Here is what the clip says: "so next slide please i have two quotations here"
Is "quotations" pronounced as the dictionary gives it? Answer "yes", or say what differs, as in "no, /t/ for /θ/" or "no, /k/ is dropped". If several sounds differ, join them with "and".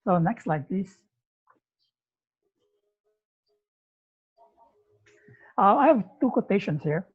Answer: no, /s/ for /z/